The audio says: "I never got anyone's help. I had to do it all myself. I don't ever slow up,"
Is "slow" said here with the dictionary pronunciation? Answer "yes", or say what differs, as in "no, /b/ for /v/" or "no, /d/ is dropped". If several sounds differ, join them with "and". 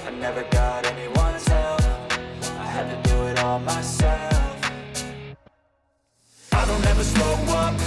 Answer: no, /l/ is dropped